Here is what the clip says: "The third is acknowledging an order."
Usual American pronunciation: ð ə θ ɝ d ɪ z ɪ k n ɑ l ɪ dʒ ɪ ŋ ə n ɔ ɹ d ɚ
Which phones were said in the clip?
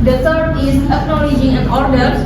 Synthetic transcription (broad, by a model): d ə t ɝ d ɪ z ɪ k n ɑ l ɪ dʒ ɪ ŋ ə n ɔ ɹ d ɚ